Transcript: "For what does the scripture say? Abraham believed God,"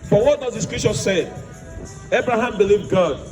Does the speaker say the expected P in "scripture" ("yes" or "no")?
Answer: no